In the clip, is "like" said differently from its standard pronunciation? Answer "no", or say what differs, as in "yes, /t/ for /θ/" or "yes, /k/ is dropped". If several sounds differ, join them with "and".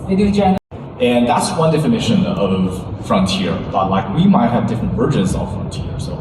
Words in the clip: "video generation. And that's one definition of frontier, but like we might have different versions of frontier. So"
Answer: no